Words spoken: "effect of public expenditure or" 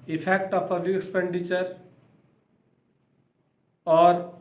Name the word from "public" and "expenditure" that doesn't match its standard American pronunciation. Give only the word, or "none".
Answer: public